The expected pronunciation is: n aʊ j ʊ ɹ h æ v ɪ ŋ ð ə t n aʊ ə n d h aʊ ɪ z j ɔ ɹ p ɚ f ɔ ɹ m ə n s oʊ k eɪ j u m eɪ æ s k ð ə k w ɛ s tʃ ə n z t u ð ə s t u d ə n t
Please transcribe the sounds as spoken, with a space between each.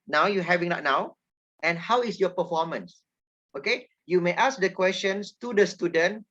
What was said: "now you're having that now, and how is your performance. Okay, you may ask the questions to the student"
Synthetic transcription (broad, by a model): n aʊ j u h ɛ v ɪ ŋ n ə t n aʊ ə n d h aʊ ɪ s j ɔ p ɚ f ɔ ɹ m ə n s oʊ k eɪ j u m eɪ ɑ s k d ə k w ɛ s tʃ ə n s t u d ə s t u d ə n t